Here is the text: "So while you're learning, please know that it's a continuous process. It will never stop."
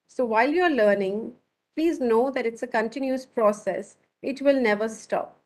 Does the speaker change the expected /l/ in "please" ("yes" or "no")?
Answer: no